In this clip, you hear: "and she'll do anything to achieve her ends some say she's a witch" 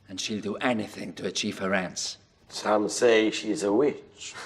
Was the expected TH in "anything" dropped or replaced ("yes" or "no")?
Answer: no